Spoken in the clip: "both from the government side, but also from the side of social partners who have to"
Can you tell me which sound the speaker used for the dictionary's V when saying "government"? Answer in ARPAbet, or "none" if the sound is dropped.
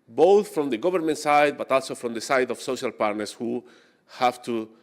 B